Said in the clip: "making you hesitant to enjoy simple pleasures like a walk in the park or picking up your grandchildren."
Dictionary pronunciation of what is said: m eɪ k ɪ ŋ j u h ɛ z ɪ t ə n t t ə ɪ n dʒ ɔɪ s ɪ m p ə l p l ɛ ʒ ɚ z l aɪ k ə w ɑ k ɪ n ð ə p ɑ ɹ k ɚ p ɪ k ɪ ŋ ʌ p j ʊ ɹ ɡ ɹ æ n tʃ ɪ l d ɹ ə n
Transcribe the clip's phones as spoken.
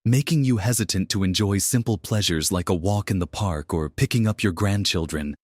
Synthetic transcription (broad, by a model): m eɪ k ɪ ŋ j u h ɛ z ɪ t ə n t t ə ɪ n dʒ ɔɪ s ɪ m p l p l ɛ ʒ ɚ z l aɪ k ə w ɑ k ɪ n ð ə p ɑ ɹ k ɚ p ɪ k ɪ ŋ ʌ p j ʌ ɹ ɡ ɹ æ n tʃ ɪ l d ɹ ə n